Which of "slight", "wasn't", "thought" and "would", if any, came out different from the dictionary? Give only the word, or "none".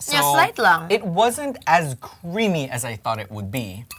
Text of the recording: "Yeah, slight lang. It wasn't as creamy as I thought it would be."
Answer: none